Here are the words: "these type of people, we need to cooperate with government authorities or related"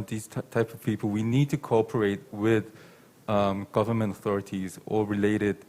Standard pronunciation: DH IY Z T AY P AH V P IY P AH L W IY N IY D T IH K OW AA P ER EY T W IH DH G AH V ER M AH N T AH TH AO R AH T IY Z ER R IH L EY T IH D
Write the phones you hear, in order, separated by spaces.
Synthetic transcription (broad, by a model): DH IY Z T AY P AH V P IY P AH L W IY N IY D T IH K OW AA P ER EY T W IH DH G AH V ER M AH N T AH TH AO R AH T IY Z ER R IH L EY T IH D